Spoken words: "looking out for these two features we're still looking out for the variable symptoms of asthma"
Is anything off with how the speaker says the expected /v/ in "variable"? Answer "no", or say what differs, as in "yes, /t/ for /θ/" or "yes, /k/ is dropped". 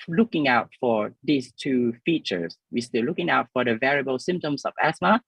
no